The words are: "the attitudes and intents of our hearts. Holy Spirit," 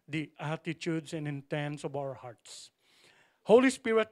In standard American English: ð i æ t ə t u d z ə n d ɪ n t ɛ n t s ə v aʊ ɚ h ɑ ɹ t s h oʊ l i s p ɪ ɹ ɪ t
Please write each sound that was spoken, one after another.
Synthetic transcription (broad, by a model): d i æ t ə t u d s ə n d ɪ n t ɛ n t s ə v aʊ ɚ h ɑ ɹ t s h oʊ l i s p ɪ ɹ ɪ t